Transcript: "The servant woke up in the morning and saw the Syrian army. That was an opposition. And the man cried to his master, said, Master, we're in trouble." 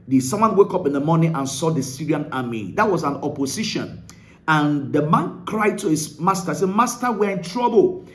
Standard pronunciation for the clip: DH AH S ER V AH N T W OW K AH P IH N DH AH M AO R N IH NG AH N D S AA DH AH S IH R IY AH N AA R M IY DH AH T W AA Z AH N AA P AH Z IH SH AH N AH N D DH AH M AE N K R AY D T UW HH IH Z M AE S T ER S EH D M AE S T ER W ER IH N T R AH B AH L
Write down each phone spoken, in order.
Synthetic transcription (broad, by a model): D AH S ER W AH N W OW K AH P IH N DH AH M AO N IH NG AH N S AA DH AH S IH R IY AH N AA M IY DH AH T W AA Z AH N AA P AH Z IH SH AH N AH N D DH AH M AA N K R AY D T UW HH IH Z M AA S T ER S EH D M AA S T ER W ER IH N T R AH B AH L